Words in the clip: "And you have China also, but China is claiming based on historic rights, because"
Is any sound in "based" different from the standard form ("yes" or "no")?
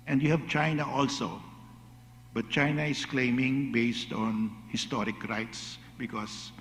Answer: no